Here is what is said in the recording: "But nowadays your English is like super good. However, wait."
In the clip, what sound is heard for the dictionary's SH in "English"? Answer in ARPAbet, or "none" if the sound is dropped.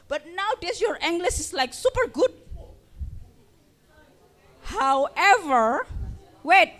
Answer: S